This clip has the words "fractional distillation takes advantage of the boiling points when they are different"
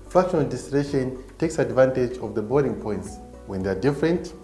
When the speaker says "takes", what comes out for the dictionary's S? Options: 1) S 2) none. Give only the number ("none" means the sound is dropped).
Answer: 1